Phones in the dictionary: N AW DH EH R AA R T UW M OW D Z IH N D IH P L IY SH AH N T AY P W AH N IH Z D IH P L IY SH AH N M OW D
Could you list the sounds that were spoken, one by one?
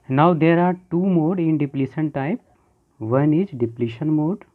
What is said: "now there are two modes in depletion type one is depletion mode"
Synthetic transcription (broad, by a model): N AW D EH R AA R T UW M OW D IH N D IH P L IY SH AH N T AY P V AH N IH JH D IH P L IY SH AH N M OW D